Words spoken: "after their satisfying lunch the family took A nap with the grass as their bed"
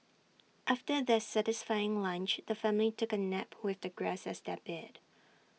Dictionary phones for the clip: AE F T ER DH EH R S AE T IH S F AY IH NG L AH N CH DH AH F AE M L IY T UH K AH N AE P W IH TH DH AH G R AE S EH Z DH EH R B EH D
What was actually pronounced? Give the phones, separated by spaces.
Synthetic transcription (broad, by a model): AE F T ER DH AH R S AE T IH S F AY IH NG L AH N CH DH AH F AE M L IY T UH K AH N AE P W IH DH AH G R AE S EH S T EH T B EH D